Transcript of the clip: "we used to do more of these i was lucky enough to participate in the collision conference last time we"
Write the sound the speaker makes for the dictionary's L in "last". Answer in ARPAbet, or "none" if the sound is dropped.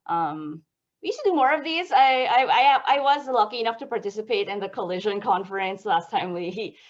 L